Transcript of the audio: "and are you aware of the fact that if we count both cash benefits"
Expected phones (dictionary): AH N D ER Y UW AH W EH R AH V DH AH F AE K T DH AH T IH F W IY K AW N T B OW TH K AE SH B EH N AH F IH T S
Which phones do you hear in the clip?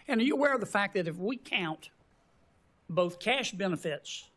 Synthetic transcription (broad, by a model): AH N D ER Y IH AH W EH R AH V DH AH F AE K DH AH T IH F W IY K AW N T B OW TH K AE SH B EH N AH F IH T S